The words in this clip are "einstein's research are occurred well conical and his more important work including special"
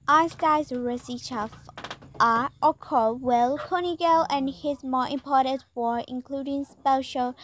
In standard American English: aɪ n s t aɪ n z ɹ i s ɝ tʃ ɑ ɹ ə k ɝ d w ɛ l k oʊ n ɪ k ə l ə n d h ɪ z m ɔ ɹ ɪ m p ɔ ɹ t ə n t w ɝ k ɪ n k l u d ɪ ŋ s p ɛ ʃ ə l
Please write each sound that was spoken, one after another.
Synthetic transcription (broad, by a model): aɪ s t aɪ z ɹ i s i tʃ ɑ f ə k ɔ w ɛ l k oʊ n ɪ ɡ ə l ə n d h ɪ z m ɔ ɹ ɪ m p ɔ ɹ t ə n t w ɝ ɪ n k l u d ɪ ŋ s p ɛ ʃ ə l